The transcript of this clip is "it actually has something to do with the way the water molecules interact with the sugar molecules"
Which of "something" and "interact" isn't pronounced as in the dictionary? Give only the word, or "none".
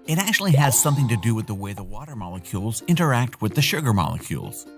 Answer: none